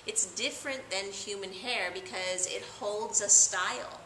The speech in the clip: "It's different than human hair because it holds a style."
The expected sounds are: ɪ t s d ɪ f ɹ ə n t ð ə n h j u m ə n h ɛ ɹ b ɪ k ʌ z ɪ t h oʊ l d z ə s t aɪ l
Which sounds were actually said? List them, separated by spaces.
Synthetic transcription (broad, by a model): ɪ t s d ɪ f ɹ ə n ð ə n h j u m ə n h ɛ ɹ b ɪ k ʌ z ɪ t h oʊ l d z ə s t aɪ l